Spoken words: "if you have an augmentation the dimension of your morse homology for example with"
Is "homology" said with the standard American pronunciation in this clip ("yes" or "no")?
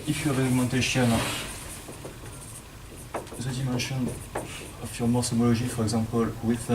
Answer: no